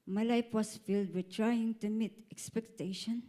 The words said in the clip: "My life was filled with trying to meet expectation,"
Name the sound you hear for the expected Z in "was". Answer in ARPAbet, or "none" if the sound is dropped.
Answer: S